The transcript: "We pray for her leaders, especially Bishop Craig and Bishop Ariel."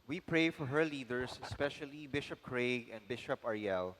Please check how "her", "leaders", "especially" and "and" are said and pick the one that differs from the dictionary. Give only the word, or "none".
leaders